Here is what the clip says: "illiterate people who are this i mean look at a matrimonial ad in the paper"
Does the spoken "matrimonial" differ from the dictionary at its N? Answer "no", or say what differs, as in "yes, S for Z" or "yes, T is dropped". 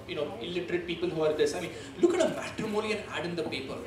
yes, L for N